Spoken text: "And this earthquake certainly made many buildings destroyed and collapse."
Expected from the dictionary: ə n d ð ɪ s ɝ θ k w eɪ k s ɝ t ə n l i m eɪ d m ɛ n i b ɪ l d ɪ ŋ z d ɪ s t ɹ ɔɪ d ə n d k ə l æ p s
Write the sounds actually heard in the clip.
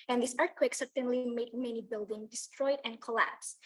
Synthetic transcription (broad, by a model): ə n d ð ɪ s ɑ t k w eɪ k s ɝ t ə n l i m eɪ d m ɛ n i b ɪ l d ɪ ŋ d ɪ s t ɹ ɔɪ d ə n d k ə l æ p s